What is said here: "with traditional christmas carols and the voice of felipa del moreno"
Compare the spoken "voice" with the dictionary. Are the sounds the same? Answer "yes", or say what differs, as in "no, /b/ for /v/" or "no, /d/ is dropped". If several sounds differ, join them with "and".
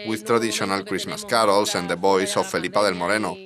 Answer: no, /b/ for /v/